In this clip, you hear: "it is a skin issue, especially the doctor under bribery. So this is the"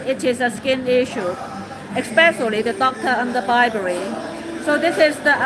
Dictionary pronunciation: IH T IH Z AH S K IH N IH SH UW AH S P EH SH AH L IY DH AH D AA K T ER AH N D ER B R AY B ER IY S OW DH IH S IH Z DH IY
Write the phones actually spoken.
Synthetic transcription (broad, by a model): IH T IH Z AH S K IH N IH SH UW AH S P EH S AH L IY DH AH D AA K T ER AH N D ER B AY B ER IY S OW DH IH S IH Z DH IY